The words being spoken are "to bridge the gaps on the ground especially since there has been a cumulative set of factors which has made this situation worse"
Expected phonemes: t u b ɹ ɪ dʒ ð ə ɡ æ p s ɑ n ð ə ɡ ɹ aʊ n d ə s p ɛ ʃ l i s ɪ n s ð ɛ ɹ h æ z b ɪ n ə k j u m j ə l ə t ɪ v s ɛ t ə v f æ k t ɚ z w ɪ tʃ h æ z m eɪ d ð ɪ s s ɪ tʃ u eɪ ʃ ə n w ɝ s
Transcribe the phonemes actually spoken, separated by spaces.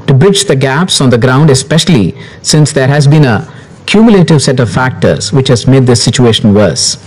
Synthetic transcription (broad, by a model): t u b ɹ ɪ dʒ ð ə ɡ æ p s ɑ n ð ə ɡ ɹ aʊ n d ə s p ɛ ʃ l i s ɪ n s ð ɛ ɹ h æ z b ɪ n ə k j u m j ə l ə t ɪ v s ɛ t ə v f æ k t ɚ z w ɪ tʃ h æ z m eɪ d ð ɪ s s ɪ tʃ u eɪ ʃ ə n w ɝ s